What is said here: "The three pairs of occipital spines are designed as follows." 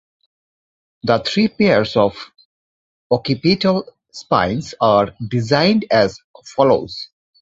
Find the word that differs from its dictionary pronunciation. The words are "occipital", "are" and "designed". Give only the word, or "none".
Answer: occipital